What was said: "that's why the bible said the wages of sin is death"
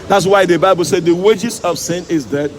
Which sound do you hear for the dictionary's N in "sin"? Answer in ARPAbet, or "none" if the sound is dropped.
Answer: N